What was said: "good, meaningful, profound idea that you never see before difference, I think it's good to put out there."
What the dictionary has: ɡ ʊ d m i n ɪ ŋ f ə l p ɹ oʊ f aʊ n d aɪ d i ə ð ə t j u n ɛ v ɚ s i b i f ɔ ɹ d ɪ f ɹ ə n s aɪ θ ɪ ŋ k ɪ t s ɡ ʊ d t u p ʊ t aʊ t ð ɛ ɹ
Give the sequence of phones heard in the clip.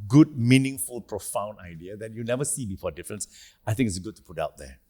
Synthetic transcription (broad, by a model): ɡ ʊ d m i n ɪ ŋ f ə l p ɹ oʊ f aʊ n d aɪ d i ə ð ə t j u n ɛ v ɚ s i b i f ɔ d ɪ f ɹ ə n s aɪ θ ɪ ŋ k ɪ t s ɡ ʊ d t u p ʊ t aʊ t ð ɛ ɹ